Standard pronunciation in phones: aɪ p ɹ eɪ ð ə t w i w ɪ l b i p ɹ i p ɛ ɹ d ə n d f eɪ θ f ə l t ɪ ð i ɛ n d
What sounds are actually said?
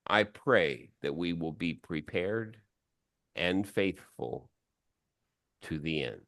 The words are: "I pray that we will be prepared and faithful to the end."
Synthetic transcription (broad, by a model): aɪ p ɹ eɪ ð ə t w i w ɪ l b i p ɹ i p ɛ ɹ d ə n f eɪ θ f ə l t ɪ ð i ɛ n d